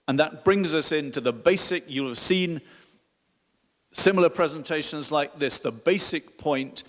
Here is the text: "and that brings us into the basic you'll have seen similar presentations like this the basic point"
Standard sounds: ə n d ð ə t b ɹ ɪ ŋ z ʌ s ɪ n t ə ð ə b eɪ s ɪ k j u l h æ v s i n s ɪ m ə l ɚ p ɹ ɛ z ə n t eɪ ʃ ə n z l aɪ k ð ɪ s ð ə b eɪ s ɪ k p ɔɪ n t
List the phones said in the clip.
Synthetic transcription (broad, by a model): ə n ð ə t b ɹ ɪ ŋ z ʌ s ɪ n t ə ð ə b eɪ s ɪ k j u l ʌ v s i n s ɪ m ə l ɚ p ɹ ɛ z ə n t eɪ ʃ ə n z l aɪ k ð ɪ s ð ə b eɪ s ɪ k p ɔɪ n t